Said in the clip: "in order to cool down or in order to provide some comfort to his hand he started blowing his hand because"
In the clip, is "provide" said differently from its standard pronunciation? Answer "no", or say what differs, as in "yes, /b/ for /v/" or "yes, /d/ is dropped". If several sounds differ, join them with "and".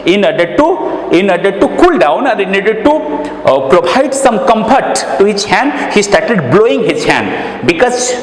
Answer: yes, /b/ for /v/